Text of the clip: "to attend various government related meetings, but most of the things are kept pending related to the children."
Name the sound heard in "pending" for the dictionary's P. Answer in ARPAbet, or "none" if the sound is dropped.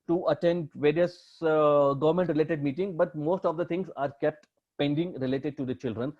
P